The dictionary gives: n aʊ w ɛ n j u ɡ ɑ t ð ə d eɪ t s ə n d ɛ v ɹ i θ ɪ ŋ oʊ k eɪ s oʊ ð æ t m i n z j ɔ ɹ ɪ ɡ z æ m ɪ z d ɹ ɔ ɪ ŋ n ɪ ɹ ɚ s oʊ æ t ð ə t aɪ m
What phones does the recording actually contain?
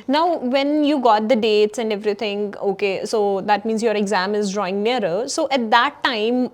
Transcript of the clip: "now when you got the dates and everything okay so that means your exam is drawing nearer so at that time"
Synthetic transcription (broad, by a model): n aʊ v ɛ n j u ɡ ɑ t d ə d eɪ t s ə n d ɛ v ɹ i t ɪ ŋ oʊ k eɪ s oʊ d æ t m i n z j ɔ ɹ ɪ ɡ z æ m ɪ z d ɹ ɔ ɪ ŋ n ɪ ɹ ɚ s oʊ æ t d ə t aɪ m